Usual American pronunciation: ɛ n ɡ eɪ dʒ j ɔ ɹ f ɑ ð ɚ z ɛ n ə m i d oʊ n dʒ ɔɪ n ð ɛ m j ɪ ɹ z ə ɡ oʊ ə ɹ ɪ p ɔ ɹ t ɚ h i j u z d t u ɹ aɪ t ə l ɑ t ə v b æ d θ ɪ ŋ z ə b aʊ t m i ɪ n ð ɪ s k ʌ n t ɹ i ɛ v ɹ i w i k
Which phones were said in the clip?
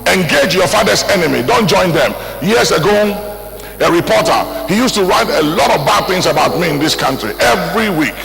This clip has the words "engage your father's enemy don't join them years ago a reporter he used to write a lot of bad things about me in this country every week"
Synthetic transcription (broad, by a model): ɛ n ɡ eɪ dʒ j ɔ f ɑ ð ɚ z ɛ n ə m i d oʊ n dʒ ɔɪ n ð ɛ m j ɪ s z ə ɡ oʊ ə ɹ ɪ p ɔ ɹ t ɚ h i j u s t u ɹ aɪ t ə l ɑ t ə v b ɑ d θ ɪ ŋ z ə b aʊ t m i ɪ n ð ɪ s k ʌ n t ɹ i ɛ v ɹ i w i k